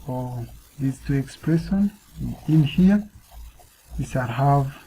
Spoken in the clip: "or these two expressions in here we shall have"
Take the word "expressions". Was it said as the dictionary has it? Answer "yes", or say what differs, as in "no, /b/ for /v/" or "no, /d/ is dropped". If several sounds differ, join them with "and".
no, /z/ is dropped